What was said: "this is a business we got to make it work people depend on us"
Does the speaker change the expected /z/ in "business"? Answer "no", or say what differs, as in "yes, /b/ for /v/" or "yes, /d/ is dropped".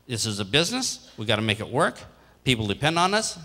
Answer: no